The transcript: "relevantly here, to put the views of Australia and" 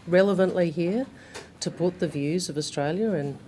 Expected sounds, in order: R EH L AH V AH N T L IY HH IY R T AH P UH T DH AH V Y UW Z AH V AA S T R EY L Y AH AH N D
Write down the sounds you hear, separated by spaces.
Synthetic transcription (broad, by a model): R EH L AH V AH N T L IY HH IY R T AH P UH T DH AH V Y UW Z AH V AA S T R EY L Y AH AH N